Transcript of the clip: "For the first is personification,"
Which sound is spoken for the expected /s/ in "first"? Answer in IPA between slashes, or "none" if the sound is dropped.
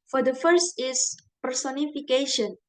/s/